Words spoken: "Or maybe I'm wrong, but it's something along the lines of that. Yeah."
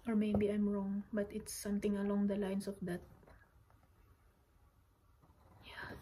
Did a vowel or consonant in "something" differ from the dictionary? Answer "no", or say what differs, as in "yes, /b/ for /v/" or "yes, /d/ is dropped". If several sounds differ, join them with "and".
yes, /t/ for /θ/